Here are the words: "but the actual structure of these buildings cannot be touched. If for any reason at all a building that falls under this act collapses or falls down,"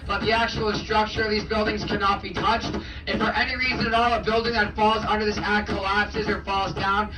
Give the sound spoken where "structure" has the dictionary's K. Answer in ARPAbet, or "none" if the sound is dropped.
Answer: K